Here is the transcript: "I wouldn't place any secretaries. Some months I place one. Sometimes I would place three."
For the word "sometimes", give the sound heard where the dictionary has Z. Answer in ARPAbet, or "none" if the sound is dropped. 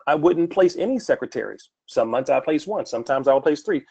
Z